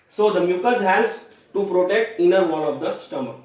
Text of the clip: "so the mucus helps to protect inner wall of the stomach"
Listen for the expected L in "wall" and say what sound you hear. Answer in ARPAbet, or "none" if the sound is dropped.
N